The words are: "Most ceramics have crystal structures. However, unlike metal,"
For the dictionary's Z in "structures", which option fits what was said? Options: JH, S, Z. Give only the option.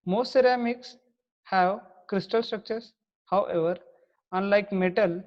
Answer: S